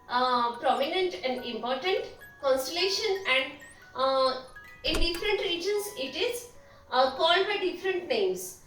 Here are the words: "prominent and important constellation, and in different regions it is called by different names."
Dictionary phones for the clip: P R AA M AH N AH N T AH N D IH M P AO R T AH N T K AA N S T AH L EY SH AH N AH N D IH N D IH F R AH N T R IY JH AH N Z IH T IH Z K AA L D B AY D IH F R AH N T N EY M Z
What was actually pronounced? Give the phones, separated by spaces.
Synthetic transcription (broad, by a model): P R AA M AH N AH N T AH N D IH M P AO R T AH N T K AA N S T AH L EY SH AH N AH N D IH N D IH F R AH N T R IY JH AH N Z IH T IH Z K AA L D B AY D IH F R AH N T N EY M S